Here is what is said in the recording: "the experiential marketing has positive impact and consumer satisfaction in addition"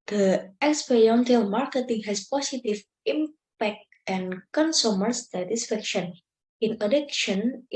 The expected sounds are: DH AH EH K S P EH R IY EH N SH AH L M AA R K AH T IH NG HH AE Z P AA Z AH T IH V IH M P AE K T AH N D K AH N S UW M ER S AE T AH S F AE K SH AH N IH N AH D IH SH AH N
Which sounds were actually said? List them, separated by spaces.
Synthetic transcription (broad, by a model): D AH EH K S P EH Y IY N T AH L M AA R K AH T IH NG HH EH S P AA S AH T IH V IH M P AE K T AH N K AH N S UW M ER S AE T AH S F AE K SH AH N IH N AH D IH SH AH N